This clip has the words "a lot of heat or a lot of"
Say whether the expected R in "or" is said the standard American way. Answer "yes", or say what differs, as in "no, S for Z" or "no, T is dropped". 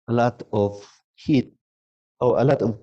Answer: no, W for R